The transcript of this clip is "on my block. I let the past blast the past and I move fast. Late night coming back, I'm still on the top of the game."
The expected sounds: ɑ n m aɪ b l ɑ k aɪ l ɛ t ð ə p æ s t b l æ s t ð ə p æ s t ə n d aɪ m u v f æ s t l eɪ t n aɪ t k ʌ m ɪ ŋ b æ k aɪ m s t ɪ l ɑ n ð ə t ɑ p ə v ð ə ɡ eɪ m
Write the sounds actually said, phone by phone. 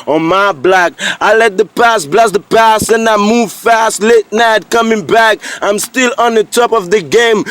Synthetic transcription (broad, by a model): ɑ m aɪ b l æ k aɪ l ɛ t ð ə p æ s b l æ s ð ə p æ s t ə n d aɪ m u v f æ s t l eɪ t n aɪ t k ʌ m ɪ ŋ b æ k aɪ m s t ɪ l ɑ n ð ə t ɑ p ə v ð ə ɡ eɪ m